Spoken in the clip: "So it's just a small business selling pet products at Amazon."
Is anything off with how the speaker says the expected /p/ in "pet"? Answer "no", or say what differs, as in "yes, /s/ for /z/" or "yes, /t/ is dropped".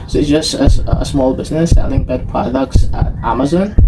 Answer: yes, /b/ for /p/